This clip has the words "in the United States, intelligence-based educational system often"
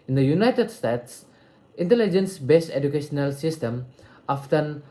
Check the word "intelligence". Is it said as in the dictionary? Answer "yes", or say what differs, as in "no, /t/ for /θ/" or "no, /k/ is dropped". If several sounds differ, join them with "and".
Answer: yes